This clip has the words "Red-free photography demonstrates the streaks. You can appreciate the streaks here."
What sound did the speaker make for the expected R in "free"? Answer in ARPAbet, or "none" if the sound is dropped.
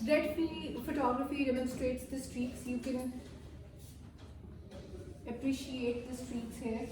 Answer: none